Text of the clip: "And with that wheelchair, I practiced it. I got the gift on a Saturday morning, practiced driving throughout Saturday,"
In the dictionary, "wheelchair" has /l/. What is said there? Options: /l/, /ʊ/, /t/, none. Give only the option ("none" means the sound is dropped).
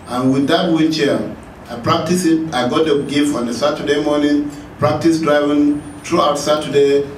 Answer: none